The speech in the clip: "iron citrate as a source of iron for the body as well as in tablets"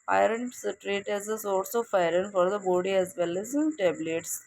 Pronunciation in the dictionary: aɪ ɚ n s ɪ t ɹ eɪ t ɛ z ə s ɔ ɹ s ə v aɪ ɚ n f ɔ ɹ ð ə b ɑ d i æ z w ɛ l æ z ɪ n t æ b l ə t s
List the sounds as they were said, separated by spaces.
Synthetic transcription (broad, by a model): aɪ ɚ n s t ɹ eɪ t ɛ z ə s ɔ l s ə f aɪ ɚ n f ɔ ɹ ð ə b ɑ d i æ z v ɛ l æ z ɪ n t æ b l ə t s